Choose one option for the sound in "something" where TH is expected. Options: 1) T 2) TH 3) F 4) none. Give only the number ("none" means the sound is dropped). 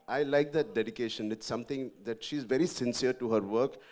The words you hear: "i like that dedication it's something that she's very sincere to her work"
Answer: 1